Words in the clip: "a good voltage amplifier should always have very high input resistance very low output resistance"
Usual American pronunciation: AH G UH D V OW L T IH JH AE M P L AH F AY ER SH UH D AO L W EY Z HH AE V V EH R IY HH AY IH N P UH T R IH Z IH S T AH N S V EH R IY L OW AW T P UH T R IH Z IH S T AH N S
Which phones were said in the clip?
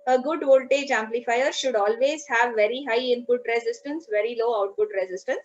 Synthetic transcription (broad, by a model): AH G UH D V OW L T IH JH AE M P L AH F AY ER SH UH D AO L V EY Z HH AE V V EH R IY HH AY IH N P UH T R IH Z IH S T AH N S V EH R IY L OW AW T P UH T R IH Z IH S T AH N S